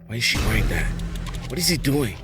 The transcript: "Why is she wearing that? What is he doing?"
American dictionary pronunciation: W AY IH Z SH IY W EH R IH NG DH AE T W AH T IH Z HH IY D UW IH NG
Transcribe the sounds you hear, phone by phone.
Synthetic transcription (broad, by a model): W AY IH Z SH IY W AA IH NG DH AE T W AH T IH Z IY D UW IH NG